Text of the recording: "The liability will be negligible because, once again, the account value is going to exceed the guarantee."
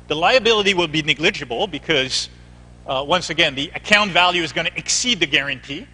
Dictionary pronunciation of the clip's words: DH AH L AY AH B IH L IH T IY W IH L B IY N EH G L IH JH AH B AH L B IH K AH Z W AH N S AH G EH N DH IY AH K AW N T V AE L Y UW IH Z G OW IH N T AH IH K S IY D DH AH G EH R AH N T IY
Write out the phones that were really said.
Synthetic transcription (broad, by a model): DH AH L AY AH B IH L IH T IY W IH L B IY N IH G L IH JH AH B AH L B IH K AH Z W AH N S AH G EH N DH IY AH K AW N T V AE L Y UW IH Z G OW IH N T IH K S IY D DH AH G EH R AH N T IY